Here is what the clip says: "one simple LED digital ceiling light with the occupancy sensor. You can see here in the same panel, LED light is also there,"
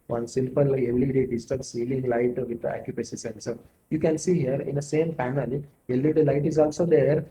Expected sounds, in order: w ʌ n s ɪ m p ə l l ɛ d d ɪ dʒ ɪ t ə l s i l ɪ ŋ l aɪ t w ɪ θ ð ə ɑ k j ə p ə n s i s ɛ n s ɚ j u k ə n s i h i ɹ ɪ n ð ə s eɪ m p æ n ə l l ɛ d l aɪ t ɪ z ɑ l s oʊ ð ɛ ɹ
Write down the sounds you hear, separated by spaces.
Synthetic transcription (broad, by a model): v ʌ n s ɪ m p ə l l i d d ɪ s t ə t s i l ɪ ŋ l aɪ t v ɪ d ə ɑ k j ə p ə s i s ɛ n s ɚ j u k ə n s i h i ɹ ɪ n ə s eɪ m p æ n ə l l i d l aɪ t ɪ z ɑ l s oʊ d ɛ ɹ